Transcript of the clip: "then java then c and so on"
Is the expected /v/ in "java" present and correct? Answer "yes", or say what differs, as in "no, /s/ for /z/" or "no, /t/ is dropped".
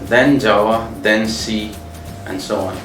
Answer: no, /v/ is dropped